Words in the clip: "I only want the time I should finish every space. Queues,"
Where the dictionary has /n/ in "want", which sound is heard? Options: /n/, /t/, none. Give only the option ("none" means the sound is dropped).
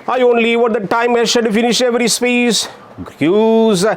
none